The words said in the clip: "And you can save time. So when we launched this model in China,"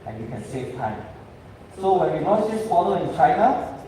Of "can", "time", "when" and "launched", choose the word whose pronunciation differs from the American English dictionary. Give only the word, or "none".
launched